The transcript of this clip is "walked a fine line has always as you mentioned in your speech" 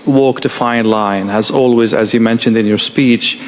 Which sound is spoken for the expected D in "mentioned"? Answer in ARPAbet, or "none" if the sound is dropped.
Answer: D